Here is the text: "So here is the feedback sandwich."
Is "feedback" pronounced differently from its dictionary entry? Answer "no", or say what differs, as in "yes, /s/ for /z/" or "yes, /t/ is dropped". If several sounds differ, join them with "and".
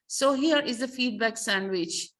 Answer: no